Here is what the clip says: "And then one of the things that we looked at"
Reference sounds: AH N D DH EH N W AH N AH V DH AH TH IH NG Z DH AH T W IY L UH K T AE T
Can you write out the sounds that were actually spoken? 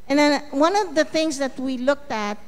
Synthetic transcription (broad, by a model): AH N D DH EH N W AH N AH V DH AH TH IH NG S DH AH T W IY L UH K T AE T